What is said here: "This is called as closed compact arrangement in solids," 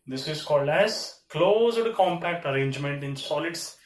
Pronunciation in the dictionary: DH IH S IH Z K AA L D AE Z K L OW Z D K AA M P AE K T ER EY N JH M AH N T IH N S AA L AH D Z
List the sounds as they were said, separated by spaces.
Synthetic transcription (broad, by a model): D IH S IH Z K AA L D AE Z K L OW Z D K AA M P AE K T ER EY N JH M AH N T IH N S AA L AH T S